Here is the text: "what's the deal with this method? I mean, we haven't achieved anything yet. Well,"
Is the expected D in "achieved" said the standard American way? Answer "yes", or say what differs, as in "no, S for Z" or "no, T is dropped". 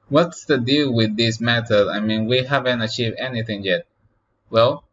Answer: no, D is dropped